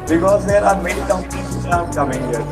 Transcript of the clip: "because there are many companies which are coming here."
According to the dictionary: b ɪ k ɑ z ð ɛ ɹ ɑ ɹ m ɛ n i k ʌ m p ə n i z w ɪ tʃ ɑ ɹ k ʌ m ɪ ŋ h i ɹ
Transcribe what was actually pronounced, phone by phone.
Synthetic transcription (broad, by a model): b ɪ k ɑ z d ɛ ɹ ɑ ɹ m ɛ n i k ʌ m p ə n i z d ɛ ɑ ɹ k ʌ m ɪ ŋ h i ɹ